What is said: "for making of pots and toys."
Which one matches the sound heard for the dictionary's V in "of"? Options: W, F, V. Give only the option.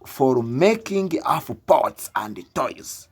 F